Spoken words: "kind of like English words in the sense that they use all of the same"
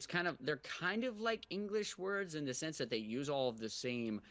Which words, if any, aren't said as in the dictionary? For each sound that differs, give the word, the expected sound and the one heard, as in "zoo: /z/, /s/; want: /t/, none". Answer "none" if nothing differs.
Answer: none